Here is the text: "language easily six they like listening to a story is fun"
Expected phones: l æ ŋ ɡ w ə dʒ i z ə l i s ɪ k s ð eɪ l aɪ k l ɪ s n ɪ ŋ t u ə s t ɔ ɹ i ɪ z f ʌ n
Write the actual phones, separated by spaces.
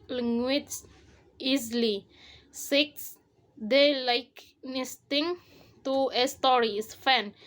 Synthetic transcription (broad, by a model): l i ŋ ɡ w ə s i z l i s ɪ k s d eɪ l aɪ k n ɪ s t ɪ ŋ t u ə s t ɔ ɹ i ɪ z f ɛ n